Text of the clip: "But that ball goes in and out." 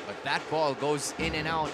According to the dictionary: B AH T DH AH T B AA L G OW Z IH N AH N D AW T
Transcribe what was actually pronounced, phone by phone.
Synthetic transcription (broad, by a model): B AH T DH AH T B AA L G OW Z IH N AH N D AW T